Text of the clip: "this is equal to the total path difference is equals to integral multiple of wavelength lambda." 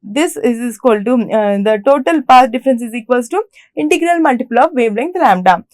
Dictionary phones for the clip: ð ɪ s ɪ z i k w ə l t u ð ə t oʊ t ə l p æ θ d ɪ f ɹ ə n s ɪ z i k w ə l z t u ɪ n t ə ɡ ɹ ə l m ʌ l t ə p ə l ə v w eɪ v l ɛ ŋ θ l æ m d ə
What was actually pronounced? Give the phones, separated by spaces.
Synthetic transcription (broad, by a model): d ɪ s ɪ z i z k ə l t u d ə t oʊ t ə l p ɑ s d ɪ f ɹ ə n s ɪ z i k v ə l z t u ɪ n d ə ɡ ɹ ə l m ʌ l t ə p ə l ə v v eɪ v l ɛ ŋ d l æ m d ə